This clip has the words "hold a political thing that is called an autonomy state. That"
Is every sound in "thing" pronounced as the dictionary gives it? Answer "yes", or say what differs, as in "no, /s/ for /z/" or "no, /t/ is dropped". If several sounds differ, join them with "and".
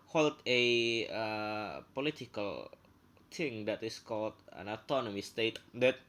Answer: no, /t/ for /θ/